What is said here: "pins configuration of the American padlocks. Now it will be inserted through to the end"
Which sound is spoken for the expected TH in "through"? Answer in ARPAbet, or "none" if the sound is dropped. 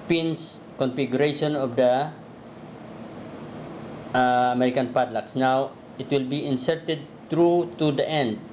T